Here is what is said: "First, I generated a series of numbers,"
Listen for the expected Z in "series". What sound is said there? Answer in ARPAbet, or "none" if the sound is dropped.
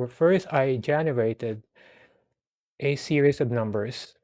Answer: S